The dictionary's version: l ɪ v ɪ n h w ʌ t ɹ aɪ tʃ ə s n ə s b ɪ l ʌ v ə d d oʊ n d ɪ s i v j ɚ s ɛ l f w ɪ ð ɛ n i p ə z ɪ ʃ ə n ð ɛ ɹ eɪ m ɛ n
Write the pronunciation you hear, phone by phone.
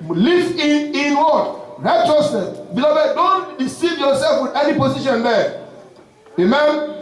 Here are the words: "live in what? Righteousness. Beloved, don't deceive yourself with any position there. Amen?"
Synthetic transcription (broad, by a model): l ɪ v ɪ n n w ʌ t ɹ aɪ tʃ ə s ə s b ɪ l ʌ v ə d d oʊ n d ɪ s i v j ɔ s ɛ l f w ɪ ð ɛ n i p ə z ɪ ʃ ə n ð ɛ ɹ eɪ m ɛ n